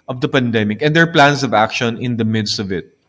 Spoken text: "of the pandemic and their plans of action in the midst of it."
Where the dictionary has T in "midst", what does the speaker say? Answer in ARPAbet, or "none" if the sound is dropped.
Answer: T